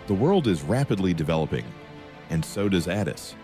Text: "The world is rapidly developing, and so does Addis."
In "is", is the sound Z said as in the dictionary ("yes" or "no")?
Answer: yes